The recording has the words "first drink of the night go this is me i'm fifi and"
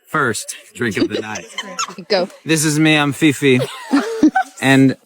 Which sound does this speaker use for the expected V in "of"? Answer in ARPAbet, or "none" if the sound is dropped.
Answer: P